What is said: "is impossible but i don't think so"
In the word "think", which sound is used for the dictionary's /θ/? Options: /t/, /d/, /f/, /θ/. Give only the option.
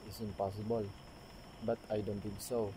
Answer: /t/